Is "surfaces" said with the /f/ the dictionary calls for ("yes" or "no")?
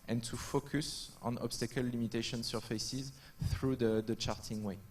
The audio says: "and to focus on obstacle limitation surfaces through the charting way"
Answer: yes